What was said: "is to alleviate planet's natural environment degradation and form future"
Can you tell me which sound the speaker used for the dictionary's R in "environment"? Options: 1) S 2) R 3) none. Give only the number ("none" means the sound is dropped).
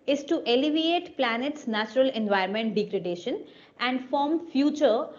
3